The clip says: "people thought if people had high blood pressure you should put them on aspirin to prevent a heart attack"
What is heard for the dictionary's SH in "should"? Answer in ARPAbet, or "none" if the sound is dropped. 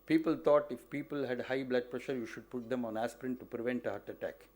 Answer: SH